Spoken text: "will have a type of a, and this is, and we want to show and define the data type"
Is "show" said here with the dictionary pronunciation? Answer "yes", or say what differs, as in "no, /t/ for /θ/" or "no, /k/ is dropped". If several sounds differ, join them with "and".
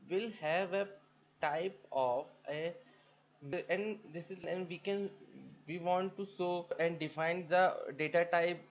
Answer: no, /s/ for /ʃ/